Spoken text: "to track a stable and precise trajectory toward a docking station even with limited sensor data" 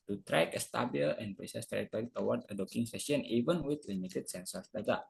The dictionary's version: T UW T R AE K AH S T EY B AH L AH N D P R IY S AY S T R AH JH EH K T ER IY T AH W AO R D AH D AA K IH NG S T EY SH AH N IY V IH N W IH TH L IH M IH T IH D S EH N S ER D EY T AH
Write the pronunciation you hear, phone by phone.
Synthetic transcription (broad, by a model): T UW T R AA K AH S T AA B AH L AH N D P R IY S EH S T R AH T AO T IY T AH W AO R D AH D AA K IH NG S S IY AH N IY V IH N W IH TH L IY M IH T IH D S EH N S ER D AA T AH